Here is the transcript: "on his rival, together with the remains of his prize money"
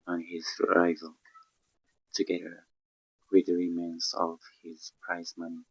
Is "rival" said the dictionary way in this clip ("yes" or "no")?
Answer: yes